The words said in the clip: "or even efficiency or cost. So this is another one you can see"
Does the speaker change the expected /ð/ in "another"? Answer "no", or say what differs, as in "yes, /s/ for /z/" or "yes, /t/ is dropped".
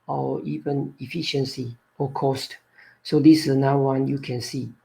yes, /ð/ is dropped